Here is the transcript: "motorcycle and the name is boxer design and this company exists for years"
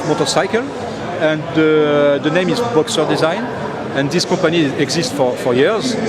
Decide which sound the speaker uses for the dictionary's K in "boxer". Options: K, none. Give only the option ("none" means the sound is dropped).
K